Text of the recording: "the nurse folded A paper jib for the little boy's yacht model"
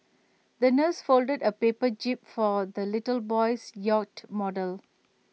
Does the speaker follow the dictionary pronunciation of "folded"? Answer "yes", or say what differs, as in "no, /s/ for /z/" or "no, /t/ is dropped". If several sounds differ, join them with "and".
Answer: yes